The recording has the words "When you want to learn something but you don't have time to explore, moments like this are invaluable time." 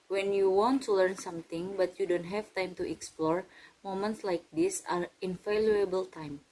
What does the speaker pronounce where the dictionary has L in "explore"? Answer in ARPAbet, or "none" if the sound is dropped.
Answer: L